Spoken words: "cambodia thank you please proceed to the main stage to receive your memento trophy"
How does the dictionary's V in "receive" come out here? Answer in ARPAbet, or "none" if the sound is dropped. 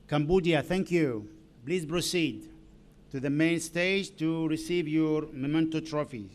V